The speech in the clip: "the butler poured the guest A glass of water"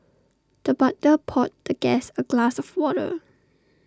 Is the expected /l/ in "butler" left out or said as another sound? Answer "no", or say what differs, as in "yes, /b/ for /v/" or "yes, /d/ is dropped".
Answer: yes, /l/ is dropped